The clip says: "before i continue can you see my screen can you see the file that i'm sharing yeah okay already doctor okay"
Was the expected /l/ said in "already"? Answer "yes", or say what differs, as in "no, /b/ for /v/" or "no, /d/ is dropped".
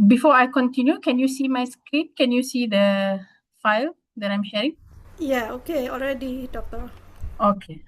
yes